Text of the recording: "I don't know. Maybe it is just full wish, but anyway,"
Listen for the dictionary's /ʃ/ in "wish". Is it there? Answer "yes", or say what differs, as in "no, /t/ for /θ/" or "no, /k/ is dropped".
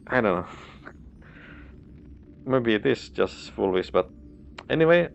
no, /s/ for /ʃ/